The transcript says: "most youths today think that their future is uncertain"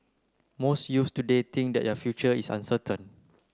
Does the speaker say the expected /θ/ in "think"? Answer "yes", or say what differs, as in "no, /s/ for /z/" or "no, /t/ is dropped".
no, /t/ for /θ/